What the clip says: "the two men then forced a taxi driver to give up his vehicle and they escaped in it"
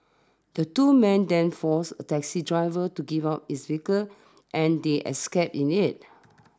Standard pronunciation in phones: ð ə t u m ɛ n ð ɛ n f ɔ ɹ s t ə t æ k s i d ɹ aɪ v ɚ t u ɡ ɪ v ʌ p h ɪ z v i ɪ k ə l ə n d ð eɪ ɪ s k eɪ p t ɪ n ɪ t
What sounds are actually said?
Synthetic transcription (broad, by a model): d ə t u m ɛ n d ɛ n f ɔ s ə t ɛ k s i d ɹ aɪ v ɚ t u ɡ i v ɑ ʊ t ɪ s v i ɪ k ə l ə n d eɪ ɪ s k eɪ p ɪ n ɪ t